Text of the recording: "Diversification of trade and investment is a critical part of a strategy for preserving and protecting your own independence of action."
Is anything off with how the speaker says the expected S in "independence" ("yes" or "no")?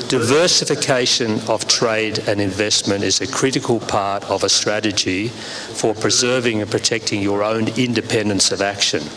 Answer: no